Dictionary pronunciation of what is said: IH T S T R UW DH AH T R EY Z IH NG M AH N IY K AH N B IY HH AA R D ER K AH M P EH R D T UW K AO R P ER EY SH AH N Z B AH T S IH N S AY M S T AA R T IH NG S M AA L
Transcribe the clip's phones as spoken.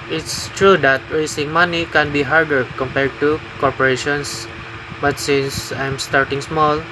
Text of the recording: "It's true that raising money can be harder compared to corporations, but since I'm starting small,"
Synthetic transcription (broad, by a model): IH T S T R UW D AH T R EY S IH NG M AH N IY K AH N B IY HH AA R D ER K AH M P EH R D T UW K AO R P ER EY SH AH N S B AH T S IH N S AY M S T AA R T IH NG S M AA L